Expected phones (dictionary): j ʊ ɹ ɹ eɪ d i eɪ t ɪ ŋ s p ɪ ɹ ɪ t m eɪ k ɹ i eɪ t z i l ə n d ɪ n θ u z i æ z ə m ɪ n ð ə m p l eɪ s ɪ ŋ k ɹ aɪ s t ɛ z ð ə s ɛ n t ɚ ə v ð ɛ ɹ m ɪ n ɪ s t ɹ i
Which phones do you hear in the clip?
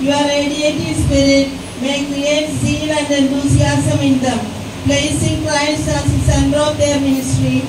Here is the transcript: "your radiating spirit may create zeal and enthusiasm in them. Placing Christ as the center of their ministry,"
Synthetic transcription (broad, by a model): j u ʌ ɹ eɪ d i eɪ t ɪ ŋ s p ɪ ɹ ɪ t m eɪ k i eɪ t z i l ə n d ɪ n t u s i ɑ s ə m ɪ n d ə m p l eɪ s ɪ ŋ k l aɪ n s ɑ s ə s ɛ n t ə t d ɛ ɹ m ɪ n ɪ s t ɹ i